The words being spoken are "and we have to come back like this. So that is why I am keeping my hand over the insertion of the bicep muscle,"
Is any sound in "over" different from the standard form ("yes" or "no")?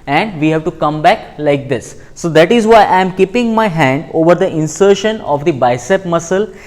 no